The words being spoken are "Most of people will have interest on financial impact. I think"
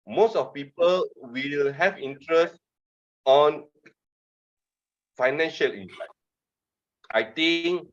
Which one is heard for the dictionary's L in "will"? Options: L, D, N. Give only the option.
L